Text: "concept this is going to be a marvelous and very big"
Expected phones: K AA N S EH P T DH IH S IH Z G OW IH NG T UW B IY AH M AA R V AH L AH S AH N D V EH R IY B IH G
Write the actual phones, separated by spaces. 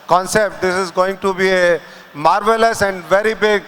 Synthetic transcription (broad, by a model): K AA N S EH P T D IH S IH Z G OW IH NG T UW B IY AH M AA R V AH L AH S AH N D V EH R IY B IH G